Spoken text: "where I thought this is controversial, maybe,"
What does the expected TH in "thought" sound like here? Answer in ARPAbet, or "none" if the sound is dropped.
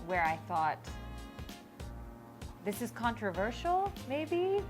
TH